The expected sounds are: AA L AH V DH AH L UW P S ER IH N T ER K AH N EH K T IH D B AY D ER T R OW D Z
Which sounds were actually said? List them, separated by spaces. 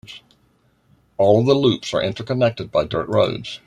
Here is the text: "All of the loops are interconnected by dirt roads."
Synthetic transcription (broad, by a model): AA L AH V DH AH L UW P S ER IH N T ER K AH N EH K T IH D B AY D ER T R OW D Z